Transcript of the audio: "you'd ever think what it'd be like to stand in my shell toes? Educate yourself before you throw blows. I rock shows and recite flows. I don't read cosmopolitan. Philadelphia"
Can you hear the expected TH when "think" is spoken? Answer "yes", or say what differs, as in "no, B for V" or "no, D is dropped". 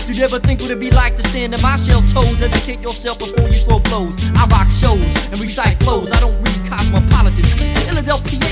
yes